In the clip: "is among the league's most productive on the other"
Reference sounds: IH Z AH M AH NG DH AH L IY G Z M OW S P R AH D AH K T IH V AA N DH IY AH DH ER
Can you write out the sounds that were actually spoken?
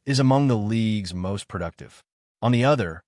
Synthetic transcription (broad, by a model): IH Z AH M AH NG DH AH L IY G Z M OW S P R AH D AH K T IH V N DH IY AH DH ER